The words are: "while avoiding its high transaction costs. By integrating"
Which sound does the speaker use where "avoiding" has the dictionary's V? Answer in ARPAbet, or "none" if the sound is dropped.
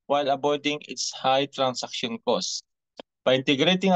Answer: B